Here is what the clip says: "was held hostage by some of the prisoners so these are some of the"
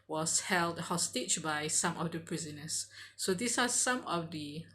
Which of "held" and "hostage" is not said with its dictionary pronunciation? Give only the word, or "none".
hostage